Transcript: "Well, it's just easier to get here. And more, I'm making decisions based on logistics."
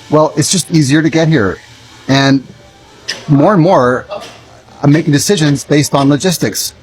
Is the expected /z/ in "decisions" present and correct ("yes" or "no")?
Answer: yes